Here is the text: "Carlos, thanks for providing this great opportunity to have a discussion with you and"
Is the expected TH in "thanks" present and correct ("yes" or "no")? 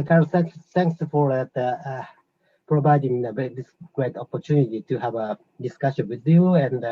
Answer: no